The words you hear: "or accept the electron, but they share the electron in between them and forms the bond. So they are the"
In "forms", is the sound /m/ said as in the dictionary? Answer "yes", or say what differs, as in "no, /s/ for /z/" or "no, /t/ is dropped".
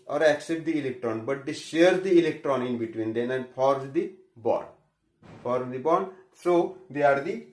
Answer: no, /m/ is dropped